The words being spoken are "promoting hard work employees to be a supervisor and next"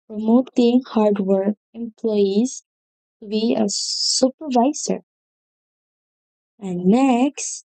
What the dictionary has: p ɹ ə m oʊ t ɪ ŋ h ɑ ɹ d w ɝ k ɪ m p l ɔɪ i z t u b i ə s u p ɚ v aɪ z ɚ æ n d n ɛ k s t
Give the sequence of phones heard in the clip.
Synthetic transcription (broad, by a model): p ɹ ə m oʊ t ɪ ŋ h ɑ ɹ d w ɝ k ɪ m p l ɔɪ i z t u b i ə s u p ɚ v aɪ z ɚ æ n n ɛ k s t